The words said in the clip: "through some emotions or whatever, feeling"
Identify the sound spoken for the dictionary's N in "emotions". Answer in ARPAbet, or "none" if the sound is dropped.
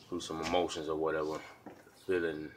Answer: N